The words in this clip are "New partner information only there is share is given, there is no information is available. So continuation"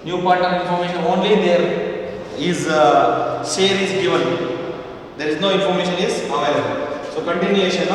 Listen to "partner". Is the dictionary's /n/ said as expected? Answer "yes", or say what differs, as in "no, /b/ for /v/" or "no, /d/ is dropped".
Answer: no, /n/ is dropped